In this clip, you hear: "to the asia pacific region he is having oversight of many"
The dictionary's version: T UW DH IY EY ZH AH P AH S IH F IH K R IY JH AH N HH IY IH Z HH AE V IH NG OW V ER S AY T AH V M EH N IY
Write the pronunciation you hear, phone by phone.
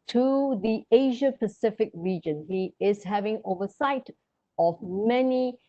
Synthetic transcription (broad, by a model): T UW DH IY EY ZH AH P AH S IH F IH K R IY JH AH N HH IY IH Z HH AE V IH NG OW V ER S AY T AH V M EH N IY